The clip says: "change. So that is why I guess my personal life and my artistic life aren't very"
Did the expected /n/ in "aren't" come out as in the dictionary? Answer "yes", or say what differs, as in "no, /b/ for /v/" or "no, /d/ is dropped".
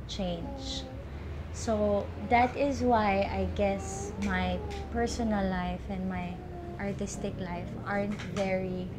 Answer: yes